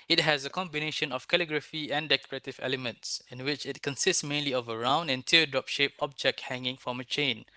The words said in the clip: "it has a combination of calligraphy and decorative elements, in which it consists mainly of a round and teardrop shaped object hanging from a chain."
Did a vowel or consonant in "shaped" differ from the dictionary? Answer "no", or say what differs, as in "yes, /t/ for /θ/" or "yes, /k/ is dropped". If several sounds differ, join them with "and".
yes, /t/ is dropped